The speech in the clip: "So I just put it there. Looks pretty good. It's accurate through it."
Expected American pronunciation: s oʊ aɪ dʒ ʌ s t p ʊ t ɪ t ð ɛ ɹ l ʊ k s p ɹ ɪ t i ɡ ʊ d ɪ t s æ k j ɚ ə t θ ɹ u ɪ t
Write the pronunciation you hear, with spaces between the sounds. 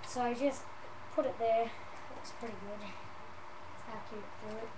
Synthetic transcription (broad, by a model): s oʊ aɪ dʒ ʌ s t p ʊ t ɪ t ð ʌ ɹ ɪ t s p ɹ ɪ t i ɡ ʊ d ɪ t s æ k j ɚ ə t f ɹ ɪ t